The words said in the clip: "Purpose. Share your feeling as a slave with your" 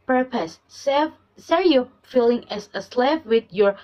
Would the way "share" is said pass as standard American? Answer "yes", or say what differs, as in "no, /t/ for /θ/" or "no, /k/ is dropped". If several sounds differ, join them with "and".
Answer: no, /s/ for /ʃ/